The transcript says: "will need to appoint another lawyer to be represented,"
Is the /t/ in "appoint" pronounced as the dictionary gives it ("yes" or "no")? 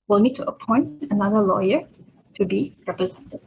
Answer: yes